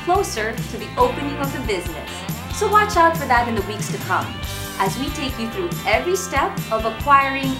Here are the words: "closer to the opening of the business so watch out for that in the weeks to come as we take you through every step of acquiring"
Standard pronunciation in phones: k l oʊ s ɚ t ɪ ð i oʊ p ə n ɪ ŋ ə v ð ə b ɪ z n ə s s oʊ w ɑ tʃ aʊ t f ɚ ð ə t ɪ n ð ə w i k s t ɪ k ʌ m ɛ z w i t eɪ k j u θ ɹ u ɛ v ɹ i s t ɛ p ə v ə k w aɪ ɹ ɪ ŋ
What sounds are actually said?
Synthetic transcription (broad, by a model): k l oʊ s ɚ t ɪ ð i oʊ p ə n ɪ ŋ ə v ð ə b ɪ z n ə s s oʊ w ɑ tʃ aʊ t f ɚ ð ə t ɪ n ð ə w i k s t ɪ k ʌ m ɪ z w i t eɪ k j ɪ θ ɹ u ɛ v ɹ i s t ɛ p ə v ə k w aɪ ɹ ɪ ŋ